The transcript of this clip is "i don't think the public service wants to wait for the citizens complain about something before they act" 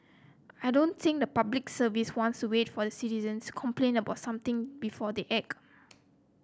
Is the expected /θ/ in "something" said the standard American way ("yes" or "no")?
no